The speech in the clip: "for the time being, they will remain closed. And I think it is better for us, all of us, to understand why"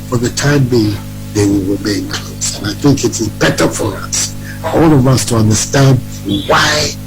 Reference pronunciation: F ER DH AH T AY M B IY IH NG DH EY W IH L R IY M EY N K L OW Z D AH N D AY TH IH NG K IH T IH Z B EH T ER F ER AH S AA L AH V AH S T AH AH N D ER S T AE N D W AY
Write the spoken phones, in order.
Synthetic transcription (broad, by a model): F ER DH AH T AY M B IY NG DH EY W IH L R IY M EY N K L OW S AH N AY TH IH NG K IH T IH Z B EH T ER F ER AH S AA L AH V AH S T AH AH N D ER S T AE N D W AY